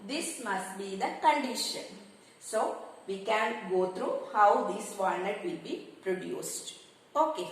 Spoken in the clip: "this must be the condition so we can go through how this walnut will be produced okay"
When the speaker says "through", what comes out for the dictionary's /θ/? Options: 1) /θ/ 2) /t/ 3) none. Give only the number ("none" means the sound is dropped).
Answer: 2